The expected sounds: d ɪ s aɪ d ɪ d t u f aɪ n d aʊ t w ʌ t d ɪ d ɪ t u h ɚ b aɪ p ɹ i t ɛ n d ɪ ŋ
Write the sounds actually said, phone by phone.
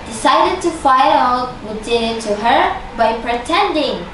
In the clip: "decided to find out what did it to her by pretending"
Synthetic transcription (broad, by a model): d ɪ s aɪ d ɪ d t u f aɪ d aʊ t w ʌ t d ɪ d ɪ t u h ɚ b aɪ p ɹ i t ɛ n d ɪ ŋ